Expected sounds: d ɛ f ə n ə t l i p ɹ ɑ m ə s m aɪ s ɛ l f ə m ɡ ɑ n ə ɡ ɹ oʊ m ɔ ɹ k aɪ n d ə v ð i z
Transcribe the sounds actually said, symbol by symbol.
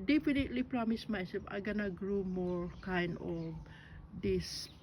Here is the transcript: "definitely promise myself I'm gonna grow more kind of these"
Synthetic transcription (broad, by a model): d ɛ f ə n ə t l i p ɹ ɑ m ə s m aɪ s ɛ f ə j ɡ ɑ n ə ɡ ɹ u m ɔ ɹ k aɪ n d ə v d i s